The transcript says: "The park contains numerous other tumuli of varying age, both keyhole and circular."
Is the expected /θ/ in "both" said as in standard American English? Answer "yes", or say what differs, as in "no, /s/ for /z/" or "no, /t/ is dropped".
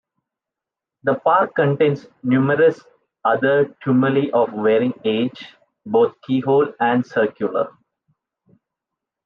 no, /t/ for /θ/